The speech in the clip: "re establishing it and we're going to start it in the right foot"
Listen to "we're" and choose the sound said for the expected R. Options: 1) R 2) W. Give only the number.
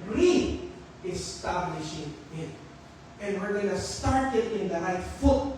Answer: 1